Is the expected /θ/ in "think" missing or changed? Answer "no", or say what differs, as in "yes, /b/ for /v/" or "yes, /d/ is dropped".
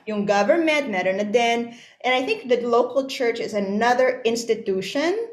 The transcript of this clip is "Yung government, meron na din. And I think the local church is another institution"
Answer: no